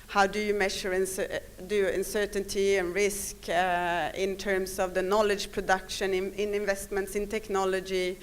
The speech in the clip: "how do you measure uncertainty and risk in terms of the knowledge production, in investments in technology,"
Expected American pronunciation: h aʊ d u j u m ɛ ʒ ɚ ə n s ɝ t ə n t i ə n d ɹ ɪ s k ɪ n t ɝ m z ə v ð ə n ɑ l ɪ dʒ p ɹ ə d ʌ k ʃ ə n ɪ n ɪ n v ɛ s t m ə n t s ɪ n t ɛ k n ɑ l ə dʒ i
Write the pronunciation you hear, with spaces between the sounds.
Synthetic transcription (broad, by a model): h aʊ d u j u m ɛ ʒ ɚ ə n s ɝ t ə n t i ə n ɹ ɪ s k ɪ n t ɝ m s ə v ð ə n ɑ l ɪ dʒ p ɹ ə d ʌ k ʃ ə n ɪ n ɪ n v ɛ s t m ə n t s ɪ n t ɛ k n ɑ l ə dʒ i